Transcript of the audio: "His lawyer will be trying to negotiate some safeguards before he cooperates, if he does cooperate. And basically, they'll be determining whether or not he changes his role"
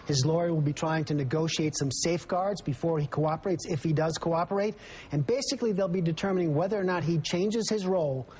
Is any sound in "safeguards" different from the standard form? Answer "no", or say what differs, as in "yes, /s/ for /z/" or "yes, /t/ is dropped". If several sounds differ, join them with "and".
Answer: no